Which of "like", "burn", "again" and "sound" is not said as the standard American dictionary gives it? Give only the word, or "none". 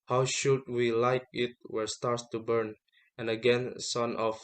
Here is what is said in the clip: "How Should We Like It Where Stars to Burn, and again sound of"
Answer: sound